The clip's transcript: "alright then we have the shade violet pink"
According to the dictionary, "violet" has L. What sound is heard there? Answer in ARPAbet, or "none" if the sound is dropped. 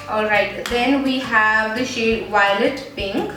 L